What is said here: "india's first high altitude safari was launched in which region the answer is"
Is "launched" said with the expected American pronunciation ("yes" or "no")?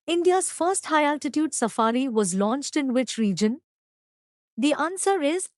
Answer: yes